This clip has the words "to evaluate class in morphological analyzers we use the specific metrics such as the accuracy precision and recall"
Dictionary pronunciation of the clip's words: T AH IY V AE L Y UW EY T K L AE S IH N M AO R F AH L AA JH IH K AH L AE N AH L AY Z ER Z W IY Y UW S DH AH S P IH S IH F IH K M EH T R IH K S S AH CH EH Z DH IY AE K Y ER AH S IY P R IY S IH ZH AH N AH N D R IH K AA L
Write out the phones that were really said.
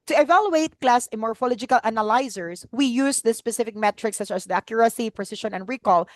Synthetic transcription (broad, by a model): T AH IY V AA L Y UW EY T K L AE S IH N M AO R F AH L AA JH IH K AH L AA N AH L AY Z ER S W IY Y UW S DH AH S P IH S IH F IH K M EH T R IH K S S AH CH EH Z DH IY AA K Y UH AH S IY P R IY S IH SH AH N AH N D R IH K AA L